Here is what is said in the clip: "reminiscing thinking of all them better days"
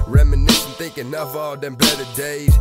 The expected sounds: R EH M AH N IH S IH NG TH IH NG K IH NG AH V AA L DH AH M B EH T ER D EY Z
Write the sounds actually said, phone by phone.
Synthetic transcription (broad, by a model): R EH M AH N IH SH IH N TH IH NG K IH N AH F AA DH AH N B EH T ER D EY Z